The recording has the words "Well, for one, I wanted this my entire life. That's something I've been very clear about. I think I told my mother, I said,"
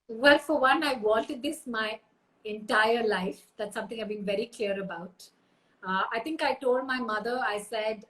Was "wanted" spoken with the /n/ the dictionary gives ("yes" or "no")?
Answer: no